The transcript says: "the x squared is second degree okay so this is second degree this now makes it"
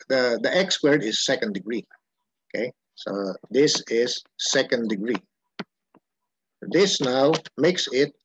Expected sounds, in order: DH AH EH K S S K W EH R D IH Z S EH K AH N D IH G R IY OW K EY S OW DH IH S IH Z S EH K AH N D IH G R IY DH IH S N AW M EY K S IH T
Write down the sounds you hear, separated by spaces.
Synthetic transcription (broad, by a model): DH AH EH K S S W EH R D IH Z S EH K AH N D IH G R IY OW K EY S OW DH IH S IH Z S EH K AH N D IH G R IY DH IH S N AW M EY K S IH T